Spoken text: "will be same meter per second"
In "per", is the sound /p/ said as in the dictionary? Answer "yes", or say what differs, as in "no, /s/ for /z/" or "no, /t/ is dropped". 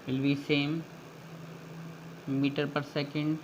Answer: yes